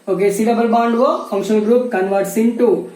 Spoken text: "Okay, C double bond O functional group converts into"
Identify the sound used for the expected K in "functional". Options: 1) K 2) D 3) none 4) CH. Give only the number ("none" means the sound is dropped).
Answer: 3